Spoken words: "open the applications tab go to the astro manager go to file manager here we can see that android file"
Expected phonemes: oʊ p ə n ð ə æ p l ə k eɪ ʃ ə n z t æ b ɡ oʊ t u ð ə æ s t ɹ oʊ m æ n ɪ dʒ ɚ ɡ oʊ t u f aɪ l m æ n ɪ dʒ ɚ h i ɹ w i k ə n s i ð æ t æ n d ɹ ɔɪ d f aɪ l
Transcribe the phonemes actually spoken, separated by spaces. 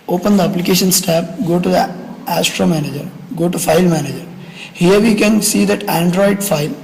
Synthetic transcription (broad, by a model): oʊ p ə n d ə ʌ p l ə k eɪ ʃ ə n s t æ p ɡ oʊ t u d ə æ s t ɹ oʊ m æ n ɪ dʒ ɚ ɡ oʊ t u f aɪ l m æ n ɪ dʒ ɚ h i ɹ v i k ə n s i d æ t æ n d ɹ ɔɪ d f aɪ l